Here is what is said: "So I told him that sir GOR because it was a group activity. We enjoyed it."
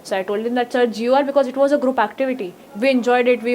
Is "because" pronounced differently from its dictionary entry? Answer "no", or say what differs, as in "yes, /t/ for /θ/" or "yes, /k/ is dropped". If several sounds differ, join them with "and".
no